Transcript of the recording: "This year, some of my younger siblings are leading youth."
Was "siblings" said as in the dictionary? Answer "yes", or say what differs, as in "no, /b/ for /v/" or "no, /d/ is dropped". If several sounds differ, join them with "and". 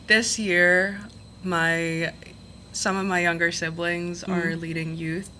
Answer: yes